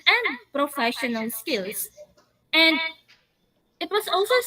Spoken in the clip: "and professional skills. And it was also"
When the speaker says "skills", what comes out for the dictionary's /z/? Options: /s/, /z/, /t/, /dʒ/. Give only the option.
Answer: /s/